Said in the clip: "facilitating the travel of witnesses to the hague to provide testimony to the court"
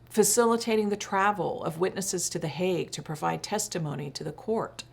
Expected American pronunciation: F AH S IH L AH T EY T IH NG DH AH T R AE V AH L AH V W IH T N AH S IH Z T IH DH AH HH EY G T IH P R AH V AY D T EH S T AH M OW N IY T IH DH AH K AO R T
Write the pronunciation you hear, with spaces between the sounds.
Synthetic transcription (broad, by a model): F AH S IH L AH T EY T IH NG DH AH T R AE V L AH V W IH T N AH S IH Z T IH DH AH HH EY G T IH P R AH V AY D T EH S T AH M OW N IY T IH DH AH K AO R T